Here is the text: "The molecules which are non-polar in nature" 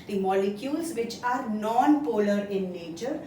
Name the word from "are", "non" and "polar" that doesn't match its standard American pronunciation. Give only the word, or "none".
none